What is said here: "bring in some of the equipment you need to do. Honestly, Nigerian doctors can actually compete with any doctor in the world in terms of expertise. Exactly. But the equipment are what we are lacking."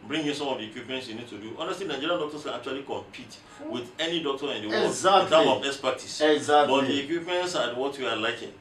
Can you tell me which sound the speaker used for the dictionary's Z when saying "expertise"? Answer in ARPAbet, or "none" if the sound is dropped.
S